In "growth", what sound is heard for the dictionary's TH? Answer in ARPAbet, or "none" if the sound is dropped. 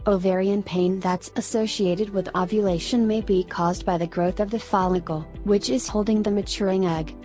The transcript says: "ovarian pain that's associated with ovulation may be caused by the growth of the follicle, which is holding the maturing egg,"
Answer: TH